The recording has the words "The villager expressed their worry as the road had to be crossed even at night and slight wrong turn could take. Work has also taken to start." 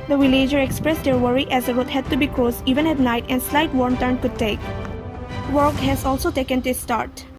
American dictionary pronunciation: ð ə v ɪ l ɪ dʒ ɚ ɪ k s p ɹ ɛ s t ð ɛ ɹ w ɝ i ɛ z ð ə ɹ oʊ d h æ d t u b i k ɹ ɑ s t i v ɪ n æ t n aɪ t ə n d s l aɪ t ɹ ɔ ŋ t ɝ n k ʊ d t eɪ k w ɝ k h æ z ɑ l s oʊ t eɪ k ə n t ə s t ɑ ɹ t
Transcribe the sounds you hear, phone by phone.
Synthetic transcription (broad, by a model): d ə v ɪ l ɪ dʒ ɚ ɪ k s p ɹ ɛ s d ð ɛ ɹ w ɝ i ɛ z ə w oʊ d h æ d t u b i k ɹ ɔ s i v ɪ n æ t n aɪ t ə n s l aɪ t w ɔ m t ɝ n k ʊ d t eɪ k w ɝ k h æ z ɑ l s oʊ t eɪ k ə n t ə s t ɑ ɹ t